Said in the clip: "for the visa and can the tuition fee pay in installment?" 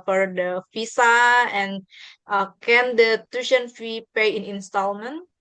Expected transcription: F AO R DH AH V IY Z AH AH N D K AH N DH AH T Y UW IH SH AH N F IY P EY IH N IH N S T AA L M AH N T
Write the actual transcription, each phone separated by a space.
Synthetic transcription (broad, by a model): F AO R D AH F IY S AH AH N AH K AH N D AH T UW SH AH N F IY P EY IH N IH N S T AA L M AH N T